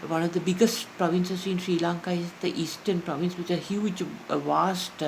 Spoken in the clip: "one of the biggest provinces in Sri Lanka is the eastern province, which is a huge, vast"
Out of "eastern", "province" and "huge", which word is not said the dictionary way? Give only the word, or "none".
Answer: huge